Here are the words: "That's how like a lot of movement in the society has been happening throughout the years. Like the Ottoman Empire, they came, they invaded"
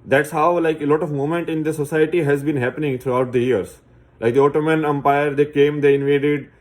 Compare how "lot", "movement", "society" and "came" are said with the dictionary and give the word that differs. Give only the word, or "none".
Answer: movement